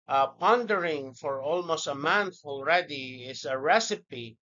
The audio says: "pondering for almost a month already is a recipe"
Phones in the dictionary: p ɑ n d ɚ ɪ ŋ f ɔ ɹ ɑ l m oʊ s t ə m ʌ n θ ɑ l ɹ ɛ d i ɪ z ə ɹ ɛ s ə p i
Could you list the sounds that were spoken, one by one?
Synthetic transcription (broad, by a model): p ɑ n d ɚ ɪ ŋ f ɔ ɹ ɑ l m oʊ s t ə m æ n f ɑ l ɹ ɛ d i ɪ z ə ɹ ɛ s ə p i